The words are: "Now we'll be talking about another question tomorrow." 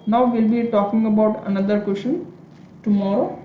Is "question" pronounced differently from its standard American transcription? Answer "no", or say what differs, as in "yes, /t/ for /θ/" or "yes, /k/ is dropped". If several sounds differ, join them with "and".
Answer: yes, /ʃ/ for /tʃ/